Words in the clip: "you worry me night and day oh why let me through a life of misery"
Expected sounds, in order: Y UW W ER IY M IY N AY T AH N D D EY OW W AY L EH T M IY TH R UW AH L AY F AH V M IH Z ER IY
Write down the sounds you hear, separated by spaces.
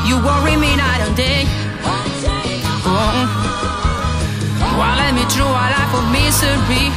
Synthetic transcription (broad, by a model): Y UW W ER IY M IY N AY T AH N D D EY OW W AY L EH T M IY T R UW AH L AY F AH M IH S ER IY